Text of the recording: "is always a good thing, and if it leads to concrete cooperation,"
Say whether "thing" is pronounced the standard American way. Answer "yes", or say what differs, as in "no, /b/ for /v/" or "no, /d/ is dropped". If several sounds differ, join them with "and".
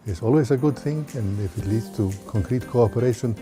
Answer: yes